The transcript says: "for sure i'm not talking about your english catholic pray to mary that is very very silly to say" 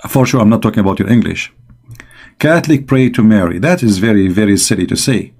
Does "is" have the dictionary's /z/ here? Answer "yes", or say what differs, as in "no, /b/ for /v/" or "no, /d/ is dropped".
yes